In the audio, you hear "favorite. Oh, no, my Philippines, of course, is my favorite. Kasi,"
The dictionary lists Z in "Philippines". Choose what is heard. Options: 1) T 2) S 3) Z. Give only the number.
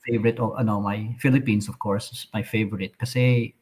2